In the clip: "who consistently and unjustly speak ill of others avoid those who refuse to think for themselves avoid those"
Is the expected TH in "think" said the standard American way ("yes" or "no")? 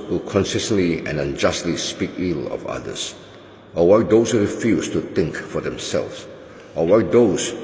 no